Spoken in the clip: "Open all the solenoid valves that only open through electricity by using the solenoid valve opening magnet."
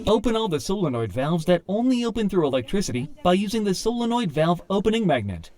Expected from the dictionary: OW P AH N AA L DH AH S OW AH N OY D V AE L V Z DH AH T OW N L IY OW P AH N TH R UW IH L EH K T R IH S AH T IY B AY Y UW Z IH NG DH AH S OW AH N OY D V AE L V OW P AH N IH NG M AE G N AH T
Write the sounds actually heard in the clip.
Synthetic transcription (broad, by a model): OW P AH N AA L DH AH S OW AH N OY D V AE L V Z DH AH T OW N L IY OW P AH N TH R UW IH L EH K T R IH S AH T IY B AY Y UW Z IH NG DH AH S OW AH N OY D V AE L V OW P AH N IH NG M AE G N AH T